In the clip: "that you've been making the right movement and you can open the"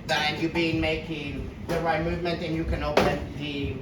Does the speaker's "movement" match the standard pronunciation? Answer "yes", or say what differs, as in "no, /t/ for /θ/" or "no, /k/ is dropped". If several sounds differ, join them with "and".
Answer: yes